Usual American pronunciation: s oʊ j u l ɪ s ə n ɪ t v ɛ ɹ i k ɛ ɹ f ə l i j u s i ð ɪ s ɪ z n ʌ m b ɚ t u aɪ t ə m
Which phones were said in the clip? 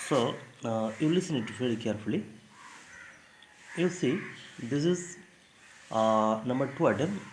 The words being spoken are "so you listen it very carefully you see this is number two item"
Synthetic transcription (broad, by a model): s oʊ j u l ɪ s ə n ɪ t f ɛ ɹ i k ɛ ɹ f ə l i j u s i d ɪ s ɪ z n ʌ m b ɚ t u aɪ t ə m